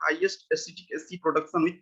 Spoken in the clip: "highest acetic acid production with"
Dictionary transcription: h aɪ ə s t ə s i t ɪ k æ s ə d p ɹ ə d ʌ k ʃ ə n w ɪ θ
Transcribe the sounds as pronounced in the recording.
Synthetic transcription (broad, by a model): h aɪ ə s t ə s i t ɪ k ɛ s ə p ɹ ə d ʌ k s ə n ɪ